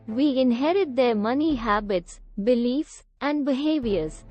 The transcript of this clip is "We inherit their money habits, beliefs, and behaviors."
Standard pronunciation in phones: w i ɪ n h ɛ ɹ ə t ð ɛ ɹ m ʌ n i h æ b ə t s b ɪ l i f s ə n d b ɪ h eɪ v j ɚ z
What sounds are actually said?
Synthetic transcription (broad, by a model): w i ɪ n h ɛ ɹ ə t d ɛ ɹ m ʌ n i h æ b ə t s b ɪ l i f s ə n d b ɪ h eɪ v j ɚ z